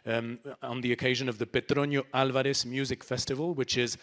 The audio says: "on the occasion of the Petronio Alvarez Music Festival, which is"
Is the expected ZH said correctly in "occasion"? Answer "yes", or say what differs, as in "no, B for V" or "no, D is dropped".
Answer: yes